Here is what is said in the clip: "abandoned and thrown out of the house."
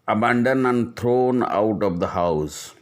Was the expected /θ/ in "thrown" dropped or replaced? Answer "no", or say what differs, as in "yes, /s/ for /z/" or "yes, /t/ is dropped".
yes, /t/ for /θ/